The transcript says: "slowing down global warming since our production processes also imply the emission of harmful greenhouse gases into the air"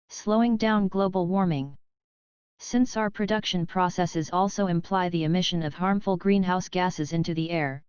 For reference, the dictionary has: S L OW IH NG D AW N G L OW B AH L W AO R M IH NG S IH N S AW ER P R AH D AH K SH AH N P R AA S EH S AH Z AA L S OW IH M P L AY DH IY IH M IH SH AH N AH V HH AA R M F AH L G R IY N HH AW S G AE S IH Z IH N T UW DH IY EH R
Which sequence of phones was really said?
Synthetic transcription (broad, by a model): S L OW IH NG D AW N G L OW B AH L W AO R M IH NG S IH N S AW ER P R AH D AH K SH AH N P R AA S EH S AH Z AA L S OW IH M P L AY DH IY IH M IH SH AH N AH V HH AA R M F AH L G R IY N HH AW S G AE S IH Z IH N T UW DH IY EH R